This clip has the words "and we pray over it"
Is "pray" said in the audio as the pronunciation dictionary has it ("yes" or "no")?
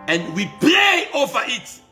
no